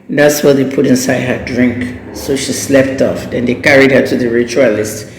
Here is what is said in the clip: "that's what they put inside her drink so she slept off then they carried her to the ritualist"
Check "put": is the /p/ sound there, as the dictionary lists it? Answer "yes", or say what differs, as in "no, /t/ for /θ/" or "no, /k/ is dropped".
yes